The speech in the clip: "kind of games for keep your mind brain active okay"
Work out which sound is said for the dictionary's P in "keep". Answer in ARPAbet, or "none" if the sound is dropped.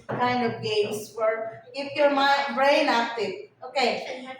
F